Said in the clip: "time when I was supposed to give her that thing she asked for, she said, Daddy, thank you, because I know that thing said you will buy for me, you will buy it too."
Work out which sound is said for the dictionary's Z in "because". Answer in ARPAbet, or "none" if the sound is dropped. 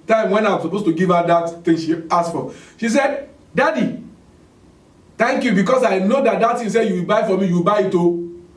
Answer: S